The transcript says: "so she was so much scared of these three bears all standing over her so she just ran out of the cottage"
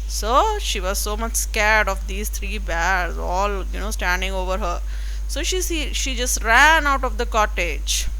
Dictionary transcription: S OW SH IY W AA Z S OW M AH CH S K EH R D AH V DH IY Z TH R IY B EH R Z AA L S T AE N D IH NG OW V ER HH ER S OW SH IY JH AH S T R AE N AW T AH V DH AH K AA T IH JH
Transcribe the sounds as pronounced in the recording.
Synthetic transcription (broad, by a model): S OW SH IY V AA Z S OW M AH CH S K EH R D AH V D IY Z T R IY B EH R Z AA L S T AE N D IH NG OW V ER HH ER S OW SH IY JH AH S T R AE N AW T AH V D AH K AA T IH JH